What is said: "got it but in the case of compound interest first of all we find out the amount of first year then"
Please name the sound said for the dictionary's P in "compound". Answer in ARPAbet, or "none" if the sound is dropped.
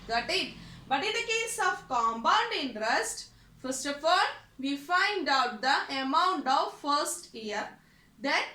B